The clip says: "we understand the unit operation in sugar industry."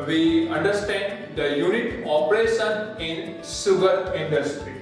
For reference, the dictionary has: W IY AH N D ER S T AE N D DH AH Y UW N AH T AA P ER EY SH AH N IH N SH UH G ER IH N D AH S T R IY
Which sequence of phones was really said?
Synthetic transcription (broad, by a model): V IY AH N D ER S T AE N D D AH Y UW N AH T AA P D EY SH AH N IH N S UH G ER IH N D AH S T R IY